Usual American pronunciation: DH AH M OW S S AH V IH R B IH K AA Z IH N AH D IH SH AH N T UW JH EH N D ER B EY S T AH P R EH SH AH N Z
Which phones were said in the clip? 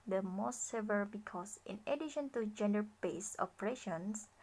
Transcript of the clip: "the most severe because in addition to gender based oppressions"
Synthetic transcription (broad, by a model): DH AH M OW S S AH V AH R B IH K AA S IH N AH D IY SH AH N T UW JH EH N D ER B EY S AH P R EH SH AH N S